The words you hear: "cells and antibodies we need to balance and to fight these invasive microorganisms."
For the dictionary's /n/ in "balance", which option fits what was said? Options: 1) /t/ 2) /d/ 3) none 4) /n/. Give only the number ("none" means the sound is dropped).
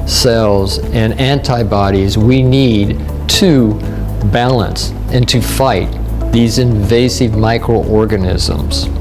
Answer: 4